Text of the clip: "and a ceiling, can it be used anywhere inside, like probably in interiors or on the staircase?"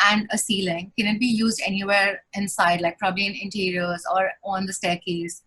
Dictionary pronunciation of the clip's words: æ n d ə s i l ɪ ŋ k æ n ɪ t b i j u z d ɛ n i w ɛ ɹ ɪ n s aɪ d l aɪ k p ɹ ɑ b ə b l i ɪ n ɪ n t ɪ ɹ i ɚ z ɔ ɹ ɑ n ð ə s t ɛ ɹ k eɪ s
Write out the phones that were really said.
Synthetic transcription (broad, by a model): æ n d ə s i l ɪ ŋ k æ n ɪ t b i j u z d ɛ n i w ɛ ɹ ɪ n s aɪ d l aɪ k p ɹ ɑ b ə b l i ɪ n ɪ n t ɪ ɹ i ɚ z ɔ ɹ ɑ n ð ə s t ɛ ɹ k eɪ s